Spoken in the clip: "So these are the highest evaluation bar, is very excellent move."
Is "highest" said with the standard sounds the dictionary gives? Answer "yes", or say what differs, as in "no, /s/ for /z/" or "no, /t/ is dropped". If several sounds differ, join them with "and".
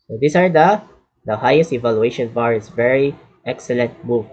yes